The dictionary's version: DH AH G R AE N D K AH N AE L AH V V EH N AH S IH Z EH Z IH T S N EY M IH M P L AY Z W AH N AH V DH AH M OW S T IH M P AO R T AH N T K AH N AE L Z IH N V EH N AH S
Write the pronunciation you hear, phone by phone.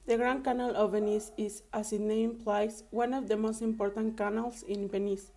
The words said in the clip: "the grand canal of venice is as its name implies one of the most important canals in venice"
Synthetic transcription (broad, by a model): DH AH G R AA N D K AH N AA L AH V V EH N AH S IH S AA S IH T N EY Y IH M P L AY S W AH N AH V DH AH M OW S T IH M P AO R T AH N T K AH N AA L S IH N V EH N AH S